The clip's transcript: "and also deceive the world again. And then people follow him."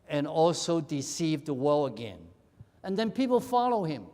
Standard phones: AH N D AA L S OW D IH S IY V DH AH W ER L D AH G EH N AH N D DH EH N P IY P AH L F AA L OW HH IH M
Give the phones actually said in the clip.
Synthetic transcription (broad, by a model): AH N AA L S OW D IH S IY V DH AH W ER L AH G EH N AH N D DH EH N P IY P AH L F AA L OW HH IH M